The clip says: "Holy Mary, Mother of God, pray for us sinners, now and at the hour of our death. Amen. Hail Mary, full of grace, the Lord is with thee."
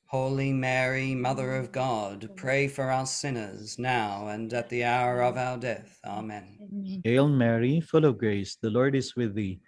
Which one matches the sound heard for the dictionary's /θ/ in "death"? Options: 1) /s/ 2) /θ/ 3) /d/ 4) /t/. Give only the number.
2